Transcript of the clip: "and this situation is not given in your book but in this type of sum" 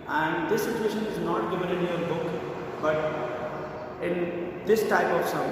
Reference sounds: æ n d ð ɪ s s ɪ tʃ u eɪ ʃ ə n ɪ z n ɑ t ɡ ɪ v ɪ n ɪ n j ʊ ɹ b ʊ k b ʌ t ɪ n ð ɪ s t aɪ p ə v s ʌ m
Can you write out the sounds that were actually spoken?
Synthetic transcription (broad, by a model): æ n d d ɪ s s ɪ tʃ u eɪ ʃ ə n ɪ z n ɑ t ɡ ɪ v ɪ l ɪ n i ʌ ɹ b ʊ k b ʌ t ɪ n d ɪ s t aɪ p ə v s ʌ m